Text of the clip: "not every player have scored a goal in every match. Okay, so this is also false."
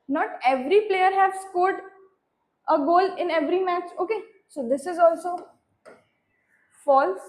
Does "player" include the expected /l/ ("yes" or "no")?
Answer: yes